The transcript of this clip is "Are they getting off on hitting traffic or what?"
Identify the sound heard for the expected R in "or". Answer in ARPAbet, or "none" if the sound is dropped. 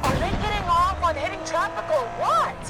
L